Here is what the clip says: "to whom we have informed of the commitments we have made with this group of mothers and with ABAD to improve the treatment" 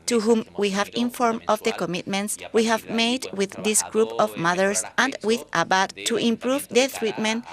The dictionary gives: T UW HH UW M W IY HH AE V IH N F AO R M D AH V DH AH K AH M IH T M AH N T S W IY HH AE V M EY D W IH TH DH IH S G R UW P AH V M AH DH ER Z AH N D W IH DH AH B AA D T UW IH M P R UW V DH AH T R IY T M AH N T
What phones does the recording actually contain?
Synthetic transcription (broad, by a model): T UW HH UW M W IY HH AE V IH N F AO R M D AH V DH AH K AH M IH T M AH N T S W IY HH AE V M EY D W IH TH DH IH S G R UW P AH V M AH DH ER S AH N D W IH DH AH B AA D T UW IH M P R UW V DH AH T R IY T M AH N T